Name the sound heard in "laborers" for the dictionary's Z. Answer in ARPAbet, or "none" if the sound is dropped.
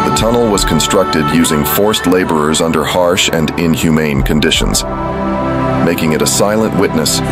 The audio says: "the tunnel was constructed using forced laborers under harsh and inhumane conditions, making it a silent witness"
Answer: Z